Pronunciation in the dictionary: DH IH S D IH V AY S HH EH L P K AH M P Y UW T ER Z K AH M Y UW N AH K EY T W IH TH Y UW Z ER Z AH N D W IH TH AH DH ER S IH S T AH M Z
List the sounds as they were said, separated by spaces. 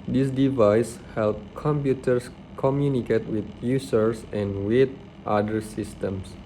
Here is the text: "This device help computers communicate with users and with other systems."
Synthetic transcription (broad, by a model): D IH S D IH V AY S HH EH L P K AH M P Y UW T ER S K AH M Y UW N AH K EY T W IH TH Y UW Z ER S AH N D W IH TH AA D ER S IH S T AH M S